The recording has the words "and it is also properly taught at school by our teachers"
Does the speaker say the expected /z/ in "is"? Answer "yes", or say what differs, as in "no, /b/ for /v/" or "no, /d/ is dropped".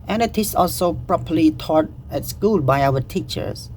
no, /s/ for /z/